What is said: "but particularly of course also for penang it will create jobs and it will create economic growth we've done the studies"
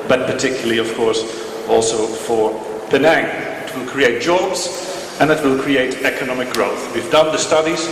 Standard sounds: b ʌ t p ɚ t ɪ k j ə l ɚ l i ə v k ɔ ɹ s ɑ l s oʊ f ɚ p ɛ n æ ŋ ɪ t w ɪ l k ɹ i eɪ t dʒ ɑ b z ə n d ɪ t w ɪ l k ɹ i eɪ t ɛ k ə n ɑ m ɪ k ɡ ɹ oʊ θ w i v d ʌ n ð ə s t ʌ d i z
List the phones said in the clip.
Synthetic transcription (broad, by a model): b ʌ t p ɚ t ɪ k j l l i ə v k ɔ ɹ s ɑ l s oʊ f ɚ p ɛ n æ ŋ ɪ t w ɪ l k ɹ i eɪ t dʒ ɑ b z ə n ɪ t w ɪ l k ɹ i eɪ t ɛ k ə n ɑ m ɪ k ɡ ɹ oʊ θ w i v d ʌ n ð ə s t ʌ d i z